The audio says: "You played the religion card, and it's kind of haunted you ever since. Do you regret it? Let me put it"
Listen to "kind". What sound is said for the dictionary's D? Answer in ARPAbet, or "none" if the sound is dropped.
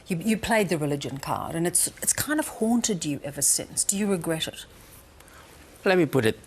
D